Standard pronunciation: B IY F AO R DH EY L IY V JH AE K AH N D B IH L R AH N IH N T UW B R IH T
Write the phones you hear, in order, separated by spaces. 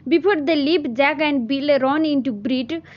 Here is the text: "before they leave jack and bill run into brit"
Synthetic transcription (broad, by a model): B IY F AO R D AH L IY P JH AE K AH N D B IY L R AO N IH N T UW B R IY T